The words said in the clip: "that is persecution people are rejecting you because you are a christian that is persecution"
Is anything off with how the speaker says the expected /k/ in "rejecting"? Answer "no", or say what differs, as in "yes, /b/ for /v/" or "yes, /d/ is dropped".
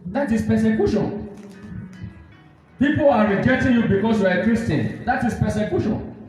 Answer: yes, /k/ is dropped